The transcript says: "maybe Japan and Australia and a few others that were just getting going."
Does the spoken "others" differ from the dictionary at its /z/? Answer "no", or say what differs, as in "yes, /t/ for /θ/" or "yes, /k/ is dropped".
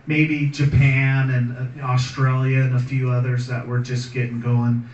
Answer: no